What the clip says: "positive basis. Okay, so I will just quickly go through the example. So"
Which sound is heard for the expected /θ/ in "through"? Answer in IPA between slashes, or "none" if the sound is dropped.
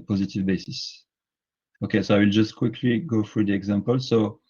/f/